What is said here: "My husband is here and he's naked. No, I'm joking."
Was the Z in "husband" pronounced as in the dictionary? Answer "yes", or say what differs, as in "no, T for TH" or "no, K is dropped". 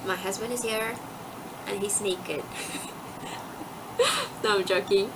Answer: yes